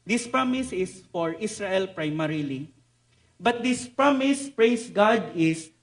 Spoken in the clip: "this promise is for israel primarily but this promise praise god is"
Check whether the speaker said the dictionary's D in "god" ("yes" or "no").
yes